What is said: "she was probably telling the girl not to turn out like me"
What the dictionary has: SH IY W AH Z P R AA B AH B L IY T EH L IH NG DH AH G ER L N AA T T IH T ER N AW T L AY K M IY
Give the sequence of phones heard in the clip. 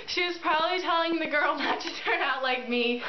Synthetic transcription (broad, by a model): SH IY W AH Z P R AA B AH B L IY T EH L IH NG DH AH G ER L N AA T T IH T ER N AW T L AY K M IY